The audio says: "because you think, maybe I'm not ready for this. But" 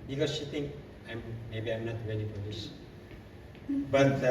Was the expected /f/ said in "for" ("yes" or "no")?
no